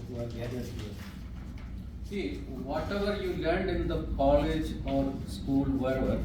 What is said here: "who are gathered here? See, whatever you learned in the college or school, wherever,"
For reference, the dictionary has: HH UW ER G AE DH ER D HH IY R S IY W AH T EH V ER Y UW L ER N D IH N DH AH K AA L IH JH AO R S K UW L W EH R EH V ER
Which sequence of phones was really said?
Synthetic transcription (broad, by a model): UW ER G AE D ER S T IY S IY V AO T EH V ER Y UW L ER N D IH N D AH K AA L IH JH AO R S K UW L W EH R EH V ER